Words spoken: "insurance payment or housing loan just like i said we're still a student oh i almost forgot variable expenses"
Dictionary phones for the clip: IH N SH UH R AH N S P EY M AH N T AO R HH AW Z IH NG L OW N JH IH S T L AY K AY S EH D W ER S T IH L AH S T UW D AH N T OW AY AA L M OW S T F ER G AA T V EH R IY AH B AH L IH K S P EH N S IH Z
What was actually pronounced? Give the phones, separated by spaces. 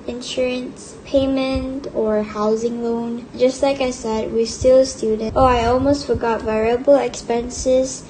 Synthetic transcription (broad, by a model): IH N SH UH R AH N S P EY M AH N T AO R HH AW Z IH NG L OW N JH IH S T L AY K AY S EH D W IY S T IH L S T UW D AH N T OW AY AA L M OW S T F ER G AA T V EH R IY AH B AH L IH K S P EH N S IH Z